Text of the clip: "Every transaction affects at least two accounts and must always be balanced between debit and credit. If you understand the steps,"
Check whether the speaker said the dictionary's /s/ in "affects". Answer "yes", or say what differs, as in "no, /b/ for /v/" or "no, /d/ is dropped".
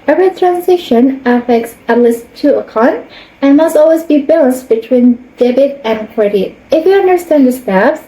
yes